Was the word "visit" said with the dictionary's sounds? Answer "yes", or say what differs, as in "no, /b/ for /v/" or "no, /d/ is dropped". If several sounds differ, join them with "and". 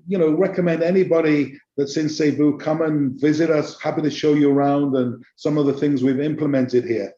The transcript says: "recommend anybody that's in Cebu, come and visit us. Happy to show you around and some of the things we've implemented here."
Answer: yes